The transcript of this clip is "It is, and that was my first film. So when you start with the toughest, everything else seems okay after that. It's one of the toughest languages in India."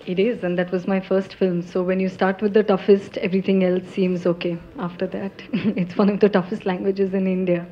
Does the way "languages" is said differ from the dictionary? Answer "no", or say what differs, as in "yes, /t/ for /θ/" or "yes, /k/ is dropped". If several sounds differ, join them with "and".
no